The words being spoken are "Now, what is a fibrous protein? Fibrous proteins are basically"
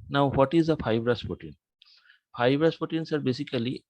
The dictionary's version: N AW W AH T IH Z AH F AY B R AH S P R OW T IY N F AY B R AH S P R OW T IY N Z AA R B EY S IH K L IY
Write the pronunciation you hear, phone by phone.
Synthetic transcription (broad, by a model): N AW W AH T IH Z AH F AY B R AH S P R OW T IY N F AY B R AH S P OW T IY N S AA R B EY S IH K L IY